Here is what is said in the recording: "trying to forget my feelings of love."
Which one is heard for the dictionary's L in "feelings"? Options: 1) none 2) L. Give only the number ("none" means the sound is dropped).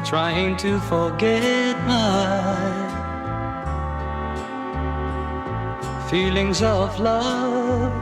2